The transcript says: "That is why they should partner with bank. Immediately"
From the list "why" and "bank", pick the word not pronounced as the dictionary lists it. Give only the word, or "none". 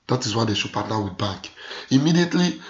bank